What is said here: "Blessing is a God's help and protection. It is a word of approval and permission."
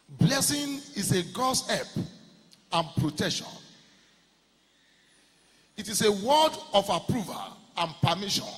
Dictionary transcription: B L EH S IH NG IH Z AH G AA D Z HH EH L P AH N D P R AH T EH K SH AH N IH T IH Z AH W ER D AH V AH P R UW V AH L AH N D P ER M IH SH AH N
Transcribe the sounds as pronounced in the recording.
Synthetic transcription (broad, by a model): B L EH S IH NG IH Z AH G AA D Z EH P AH N P R AH T EH K SH AH N IH T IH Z AH W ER D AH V AH P R UW V AH L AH N P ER M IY SH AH N